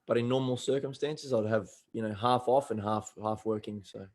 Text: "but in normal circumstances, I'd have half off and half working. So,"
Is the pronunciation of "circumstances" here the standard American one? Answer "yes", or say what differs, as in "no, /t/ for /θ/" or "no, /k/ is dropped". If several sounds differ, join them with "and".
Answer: yes